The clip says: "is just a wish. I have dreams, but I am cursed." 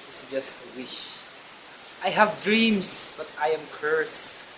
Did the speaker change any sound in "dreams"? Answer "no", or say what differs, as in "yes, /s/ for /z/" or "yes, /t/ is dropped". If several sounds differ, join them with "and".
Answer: yes, /s/ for /z/